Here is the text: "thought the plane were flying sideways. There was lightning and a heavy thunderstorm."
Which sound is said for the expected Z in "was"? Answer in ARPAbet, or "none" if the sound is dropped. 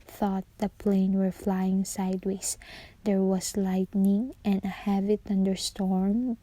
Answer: S